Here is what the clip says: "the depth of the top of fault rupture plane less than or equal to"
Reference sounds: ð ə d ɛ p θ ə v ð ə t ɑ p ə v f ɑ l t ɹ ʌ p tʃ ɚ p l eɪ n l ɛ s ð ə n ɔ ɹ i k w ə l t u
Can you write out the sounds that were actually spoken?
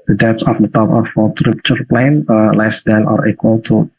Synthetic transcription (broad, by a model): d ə d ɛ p s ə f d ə t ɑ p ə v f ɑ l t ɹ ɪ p tʃ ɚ p l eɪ n l ɛ s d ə n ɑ ɹ i k w ə l t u